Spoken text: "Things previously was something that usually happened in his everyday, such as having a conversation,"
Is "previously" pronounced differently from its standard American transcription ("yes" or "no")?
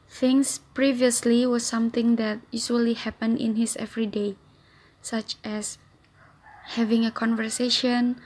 no